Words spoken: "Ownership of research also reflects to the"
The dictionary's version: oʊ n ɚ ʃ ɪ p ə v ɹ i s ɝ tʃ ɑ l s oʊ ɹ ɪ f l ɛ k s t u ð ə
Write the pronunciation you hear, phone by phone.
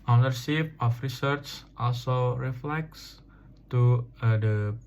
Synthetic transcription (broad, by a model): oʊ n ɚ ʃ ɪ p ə f ɹ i s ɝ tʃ ɑ l s oʊ ɹ ɪ f l ɛ k s t u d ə